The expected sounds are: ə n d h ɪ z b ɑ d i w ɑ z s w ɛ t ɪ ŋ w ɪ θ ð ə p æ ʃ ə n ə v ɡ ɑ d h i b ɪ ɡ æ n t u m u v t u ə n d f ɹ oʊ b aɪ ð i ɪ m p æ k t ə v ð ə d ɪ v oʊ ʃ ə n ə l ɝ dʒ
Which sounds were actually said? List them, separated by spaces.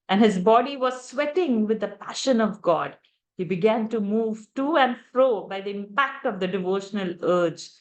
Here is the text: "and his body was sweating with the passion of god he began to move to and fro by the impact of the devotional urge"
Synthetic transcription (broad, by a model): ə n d h ɪ z b ɑ d i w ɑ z s w ɛ t ɪ ŋ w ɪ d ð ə p æ ʃ ə n ə v ɡ ɑ d h i b ɪ ɡ æ n t u m u v t u ə n d f ɹ oʊ b aɪ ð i ɪ m p æ k t ə v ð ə d ɪ v oʊ ʃ ə n ə l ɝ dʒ